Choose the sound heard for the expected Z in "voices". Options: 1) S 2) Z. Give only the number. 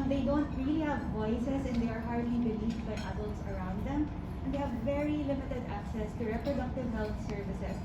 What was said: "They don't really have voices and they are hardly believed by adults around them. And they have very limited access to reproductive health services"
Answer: 1